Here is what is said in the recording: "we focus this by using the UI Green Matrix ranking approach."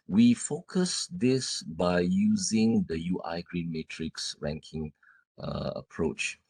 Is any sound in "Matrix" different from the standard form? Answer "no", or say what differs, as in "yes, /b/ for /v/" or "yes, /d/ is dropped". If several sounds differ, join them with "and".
no